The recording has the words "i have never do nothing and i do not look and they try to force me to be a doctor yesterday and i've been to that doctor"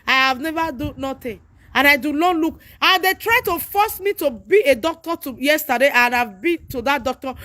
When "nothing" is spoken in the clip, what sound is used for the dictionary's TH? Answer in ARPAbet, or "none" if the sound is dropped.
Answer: T